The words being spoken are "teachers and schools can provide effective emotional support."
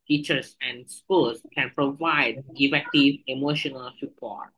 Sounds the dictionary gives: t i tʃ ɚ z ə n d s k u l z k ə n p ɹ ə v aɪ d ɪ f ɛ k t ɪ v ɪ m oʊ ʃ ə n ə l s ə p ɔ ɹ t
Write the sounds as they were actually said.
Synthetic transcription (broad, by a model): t i tʃ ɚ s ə n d s k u l s k ə n p ɹ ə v aɪ d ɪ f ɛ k t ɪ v ɪ m oʊ ʃ ə n ə l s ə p ɔ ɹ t